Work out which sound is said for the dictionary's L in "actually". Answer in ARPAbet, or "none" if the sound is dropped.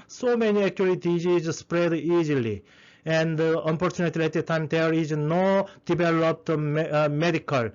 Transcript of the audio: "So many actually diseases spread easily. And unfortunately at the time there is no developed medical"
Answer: none